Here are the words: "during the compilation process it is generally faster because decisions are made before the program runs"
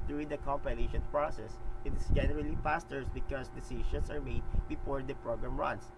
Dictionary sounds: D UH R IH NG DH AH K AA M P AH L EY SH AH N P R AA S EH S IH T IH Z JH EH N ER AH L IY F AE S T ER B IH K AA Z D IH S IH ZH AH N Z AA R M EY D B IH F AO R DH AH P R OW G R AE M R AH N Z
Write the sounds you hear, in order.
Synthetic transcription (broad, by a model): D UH R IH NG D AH K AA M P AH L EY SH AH N P R AA S EH S IH T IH S JH EH N ER AH L IY P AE S T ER B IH K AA S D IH S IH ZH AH N S AA R M EY D B IH F AO R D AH P R OW G R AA M R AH N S